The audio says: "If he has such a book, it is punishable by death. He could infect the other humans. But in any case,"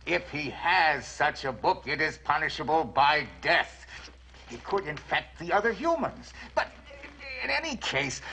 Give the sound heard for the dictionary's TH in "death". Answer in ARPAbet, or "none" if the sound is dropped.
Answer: TH